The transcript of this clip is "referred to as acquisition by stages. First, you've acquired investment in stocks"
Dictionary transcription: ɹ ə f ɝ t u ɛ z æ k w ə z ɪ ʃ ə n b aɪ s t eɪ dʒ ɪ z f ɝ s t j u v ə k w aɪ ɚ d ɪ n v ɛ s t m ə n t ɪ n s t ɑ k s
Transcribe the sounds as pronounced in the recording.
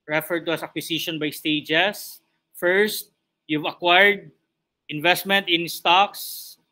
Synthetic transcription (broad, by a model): ɹ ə f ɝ t u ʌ s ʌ k w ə s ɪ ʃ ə n b aɪ s t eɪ dʒ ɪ s f ɝ s t j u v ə k w aɪ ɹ d ɪ n v ɛ s t m ə n t ɪ n s t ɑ k s